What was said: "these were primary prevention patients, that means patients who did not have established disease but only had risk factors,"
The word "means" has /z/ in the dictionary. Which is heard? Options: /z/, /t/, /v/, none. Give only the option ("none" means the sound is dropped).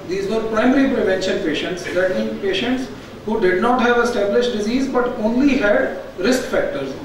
none